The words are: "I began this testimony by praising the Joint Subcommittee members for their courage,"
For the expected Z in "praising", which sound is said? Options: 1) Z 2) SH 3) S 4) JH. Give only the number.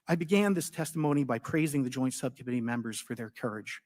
1